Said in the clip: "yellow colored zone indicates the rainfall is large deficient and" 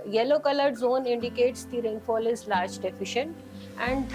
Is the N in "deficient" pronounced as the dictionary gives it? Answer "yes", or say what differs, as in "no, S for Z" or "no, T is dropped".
yes